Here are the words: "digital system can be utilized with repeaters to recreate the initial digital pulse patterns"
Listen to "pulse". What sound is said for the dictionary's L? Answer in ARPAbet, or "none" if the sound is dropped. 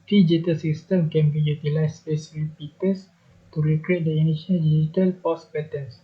none